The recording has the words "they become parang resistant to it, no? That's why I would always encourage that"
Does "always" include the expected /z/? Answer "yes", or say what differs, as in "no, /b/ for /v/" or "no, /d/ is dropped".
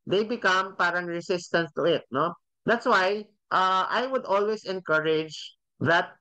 no, /s/ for /z/